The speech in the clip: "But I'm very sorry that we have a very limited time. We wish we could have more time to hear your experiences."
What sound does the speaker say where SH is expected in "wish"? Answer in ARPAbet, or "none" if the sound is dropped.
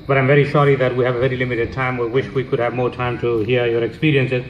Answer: SH